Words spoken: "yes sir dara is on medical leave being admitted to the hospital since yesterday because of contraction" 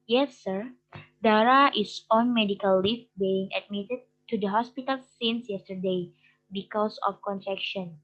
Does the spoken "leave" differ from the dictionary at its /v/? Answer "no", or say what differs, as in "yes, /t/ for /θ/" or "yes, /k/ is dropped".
yes, /f/ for /v/